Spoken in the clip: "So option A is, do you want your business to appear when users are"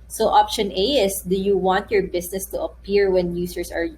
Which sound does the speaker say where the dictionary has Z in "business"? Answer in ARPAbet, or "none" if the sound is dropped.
S